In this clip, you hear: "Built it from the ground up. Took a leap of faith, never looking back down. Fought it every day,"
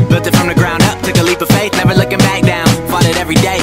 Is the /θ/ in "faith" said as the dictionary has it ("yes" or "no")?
no